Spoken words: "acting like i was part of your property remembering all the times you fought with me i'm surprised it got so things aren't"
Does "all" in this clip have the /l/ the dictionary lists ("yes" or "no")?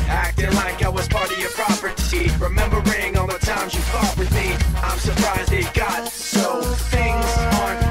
no